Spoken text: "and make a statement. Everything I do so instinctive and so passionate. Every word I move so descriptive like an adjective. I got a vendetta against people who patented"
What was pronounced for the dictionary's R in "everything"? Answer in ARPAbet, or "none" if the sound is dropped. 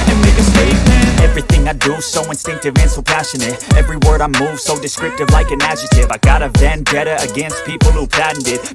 R